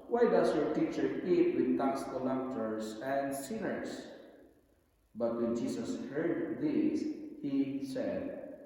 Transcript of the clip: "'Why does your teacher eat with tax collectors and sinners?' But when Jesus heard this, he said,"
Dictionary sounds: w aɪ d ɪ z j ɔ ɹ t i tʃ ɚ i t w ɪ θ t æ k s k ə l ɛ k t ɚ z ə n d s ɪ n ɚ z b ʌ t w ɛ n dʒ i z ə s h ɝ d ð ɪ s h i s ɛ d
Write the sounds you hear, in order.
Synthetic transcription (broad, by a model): w aɪ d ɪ s j ɔ ɹ t i tʃ ɚ i t w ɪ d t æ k s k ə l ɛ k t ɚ s ə n d s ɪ n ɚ s b ʌ t w ɛ n dʒ i s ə s h ɝ d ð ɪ s h i s ɛ d